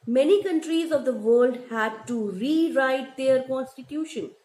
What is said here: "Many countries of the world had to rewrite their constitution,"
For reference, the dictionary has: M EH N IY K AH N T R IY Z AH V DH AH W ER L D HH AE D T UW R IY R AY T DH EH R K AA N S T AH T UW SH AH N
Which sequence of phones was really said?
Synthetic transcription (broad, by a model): M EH N IY K AH N T R IY Z AH V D AH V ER L D HH AE D T UW R IY R AY T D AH R K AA N S T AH T UW SH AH N